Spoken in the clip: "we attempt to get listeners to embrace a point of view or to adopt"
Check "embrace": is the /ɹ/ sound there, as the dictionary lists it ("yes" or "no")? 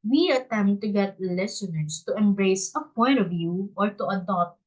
yes